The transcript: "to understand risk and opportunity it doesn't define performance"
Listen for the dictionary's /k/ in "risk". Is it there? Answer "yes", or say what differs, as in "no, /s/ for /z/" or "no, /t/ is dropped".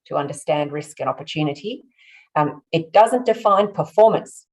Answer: yes